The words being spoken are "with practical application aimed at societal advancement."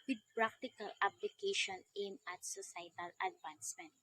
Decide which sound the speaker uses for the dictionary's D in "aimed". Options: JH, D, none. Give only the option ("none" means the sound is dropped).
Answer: none